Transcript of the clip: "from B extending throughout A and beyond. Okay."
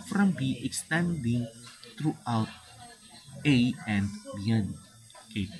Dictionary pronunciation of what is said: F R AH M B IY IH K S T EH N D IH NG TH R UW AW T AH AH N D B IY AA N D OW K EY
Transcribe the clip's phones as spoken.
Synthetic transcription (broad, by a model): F R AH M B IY IH K S T EH N D IH NG T R UW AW T AH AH N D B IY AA N OW K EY